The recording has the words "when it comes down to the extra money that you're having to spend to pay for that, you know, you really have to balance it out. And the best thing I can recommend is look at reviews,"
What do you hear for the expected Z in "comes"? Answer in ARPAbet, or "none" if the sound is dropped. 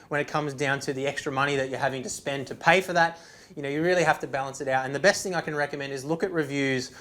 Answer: Z